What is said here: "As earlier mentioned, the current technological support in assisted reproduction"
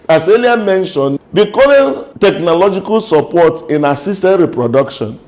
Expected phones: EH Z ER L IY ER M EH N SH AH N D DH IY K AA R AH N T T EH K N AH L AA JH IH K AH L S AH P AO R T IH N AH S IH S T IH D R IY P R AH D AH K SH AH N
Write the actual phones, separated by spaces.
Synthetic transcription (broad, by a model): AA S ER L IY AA M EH N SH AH N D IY K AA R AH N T T EH K N AH L AA JH IH K AH L S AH P AO T IH N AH S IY S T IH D R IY P R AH D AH K SH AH N